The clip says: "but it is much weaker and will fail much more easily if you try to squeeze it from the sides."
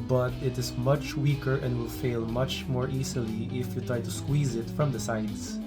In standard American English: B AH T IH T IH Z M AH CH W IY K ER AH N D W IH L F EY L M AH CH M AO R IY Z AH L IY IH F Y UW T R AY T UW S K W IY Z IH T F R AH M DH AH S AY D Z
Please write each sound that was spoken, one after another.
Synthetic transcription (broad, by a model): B AH T IH T IH Z M AH CH W IY K ER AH N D W IH L F EY L M AH CH M AO R IY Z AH L IY IH F Y UW T R AY T UW S K W IY Z IH T F R AH M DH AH S AY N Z